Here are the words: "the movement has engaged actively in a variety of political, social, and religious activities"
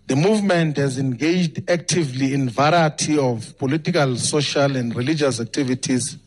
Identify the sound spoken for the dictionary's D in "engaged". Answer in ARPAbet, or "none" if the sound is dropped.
D